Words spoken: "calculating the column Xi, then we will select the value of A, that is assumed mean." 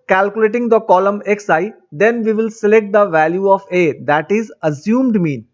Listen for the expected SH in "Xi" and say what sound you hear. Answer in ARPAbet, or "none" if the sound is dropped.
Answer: S